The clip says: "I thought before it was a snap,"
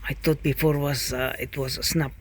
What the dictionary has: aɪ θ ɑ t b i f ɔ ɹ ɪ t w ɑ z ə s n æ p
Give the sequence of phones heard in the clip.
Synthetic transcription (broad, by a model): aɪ t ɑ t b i f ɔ ɹ ɪ t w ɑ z ə s n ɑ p